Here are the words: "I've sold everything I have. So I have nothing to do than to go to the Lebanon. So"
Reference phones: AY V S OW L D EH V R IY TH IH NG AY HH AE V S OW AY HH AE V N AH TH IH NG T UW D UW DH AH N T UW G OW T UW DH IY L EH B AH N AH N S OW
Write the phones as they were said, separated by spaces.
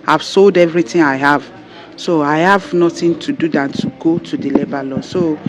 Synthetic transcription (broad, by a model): AY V S OW L D EH V R IY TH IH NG AY HH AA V S OW AY HH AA V N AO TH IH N T UW D UW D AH N T UW G OW T UW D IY L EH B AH L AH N S OW